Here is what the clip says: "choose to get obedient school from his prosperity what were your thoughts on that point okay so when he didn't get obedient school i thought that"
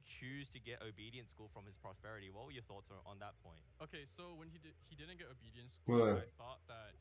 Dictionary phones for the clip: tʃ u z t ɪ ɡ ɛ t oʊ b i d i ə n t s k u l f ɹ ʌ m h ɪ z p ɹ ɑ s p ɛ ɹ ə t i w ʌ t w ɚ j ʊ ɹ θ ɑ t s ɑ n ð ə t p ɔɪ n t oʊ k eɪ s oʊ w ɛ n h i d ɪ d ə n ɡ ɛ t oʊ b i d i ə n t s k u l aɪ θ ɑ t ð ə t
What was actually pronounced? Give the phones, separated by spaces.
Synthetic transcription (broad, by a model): tʃ u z t ɪ ɡ ɛ t oʊ b i d i ə n t s k u l f ɹ ʌ m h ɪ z p ɹ ɑ s p ɛ ɹ ə t i w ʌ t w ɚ j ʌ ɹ θ ɑ t s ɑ n ð ə t p ɔɪ n t oʊ k eɪ s oʊ w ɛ n i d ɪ d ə n ɡ ɛ t oʊ b i d i ə n t s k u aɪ θ ɑ t ð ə t